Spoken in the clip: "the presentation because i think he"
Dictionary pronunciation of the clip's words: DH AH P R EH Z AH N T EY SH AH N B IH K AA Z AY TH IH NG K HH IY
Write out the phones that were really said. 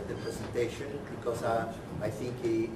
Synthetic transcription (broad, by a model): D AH P R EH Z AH N T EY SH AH N B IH K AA S AY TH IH NG K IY